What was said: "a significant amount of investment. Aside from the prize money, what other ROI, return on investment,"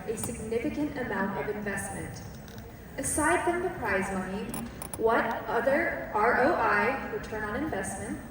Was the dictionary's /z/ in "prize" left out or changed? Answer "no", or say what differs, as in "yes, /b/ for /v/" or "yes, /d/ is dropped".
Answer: no